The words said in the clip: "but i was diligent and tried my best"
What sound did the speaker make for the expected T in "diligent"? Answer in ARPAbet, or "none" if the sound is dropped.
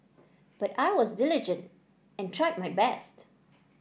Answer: T